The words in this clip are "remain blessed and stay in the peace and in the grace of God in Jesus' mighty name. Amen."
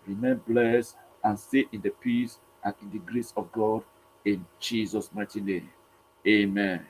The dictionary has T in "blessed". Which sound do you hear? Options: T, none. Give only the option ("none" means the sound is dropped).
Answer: none